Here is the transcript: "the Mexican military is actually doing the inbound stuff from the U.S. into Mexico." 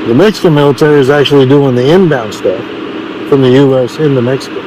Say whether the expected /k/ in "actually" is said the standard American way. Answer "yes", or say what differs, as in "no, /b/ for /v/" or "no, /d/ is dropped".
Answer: yes